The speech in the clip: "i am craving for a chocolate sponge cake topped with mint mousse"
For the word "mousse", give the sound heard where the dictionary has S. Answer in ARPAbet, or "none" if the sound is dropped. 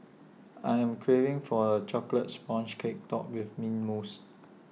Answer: S